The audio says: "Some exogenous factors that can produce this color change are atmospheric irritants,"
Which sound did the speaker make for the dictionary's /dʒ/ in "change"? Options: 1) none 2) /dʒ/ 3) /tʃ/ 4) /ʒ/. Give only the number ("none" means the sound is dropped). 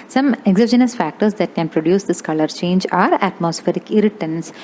2